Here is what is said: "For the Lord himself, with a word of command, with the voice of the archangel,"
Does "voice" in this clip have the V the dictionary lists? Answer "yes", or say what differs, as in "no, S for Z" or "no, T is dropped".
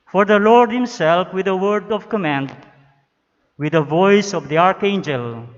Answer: yes